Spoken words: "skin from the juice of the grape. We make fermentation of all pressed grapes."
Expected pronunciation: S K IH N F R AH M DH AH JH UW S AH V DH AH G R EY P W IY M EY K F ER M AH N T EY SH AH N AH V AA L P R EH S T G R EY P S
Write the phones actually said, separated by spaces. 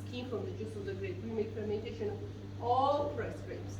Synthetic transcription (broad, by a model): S K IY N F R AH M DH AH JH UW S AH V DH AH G R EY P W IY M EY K P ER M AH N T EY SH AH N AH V AA L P R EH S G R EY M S